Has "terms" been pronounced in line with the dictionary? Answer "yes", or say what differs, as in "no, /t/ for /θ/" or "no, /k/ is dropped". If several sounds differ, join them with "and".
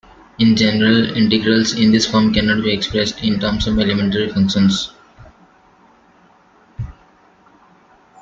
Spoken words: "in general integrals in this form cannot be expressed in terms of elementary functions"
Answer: no, /s/ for /z/